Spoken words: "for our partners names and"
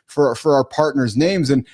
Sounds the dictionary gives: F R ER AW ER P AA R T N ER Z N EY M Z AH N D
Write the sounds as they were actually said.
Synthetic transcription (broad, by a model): F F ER AW ER P AA R T N ER Z N EY M Z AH N